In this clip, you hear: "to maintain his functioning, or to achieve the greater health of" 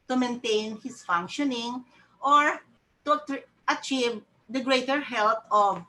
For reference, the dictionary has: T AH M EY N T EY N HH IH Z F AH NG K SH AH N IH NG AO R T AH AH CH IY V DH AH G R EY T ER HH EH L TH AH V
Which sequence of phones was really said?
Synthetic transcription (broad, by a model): T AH M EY N T EY N HH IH S F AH NG K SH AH N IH NG AO R T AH AH CH IY V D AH G R EY T ER HH EH L T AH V